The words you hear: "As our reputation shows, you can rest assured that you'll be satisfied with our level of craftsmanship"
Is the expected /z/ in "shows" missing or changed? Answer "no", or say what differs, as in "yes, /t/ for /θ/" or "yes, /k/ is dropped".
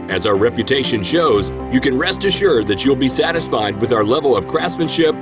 no